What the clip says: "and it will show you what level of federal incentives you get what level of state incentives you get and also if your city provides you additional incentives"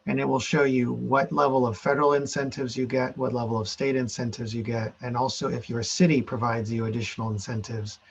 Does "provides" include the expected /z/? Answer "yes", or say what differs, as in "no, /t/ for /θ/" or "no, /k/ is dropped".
yes